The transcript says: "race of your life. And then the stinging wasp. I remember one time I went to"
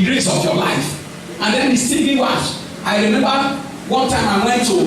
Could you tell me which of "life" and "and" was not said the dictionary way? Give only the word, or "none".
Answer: none